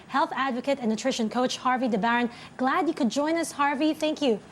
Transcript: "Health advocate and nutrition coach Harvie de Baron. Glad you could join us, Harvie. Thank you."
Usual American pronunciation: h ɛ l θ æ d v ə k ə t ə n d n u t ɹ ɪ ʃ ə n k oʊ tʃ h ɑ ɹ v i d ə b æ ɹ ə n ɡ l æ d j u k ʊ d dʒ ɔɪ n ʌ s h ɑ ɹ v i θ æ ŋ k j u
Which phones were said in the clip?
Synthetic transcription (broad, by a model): h ɛ l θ æ d v ə k ə t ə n n u t ɹ ɪ ʃ ə n k oʊ tʃ h ɑ ɹ v i d ə b æ ɹ ə n ɡ l æ d j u k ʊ d dʒ ɔɪ n ʌ s h ɑ ɹ v i θ æ ŋ k j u